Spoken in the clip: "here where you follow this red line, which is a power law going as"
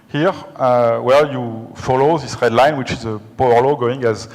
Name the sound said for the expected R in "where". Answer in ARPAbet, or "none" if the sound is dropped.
L